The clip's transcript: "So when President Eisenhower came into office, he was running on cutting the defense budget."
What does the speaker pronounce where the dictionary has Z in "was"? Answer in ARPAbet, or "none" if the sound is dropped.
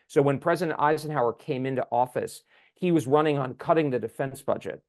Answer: Z